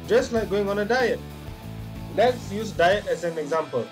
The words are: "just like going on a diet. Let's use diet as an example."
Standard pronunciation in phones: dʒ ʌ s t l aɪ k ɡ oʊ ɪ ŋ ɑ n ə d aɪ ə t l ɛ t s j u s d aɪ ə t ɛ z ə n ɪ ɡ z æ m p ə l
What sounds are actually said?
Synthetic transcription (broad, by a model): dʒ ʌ s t l aɪ k ɡ oʊ ɪ ŋ ɑ n ə d aɪ ə t l ɛ t s j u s d aɪ ə t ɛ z ə n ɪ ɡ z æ m p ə l